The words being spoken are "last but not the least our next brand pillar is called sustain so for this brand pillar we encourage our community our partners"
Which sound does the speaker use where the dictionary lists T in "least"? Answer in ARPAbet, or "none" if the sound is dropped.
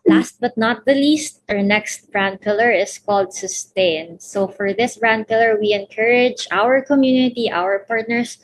T